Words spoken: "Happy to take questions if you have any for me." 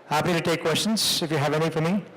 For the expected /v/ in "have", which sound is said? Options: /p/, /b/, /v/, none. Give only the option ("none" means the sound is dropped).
/v/